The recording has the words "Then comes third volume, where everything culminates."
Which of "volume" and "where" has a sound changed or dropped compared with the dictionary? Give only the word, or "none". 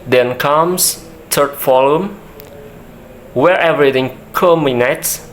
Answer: volume